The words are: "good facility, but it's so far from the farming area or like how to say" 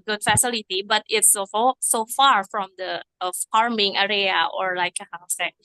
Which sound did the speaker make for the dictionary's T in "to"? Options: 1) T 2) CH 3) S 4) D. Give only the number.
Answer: 3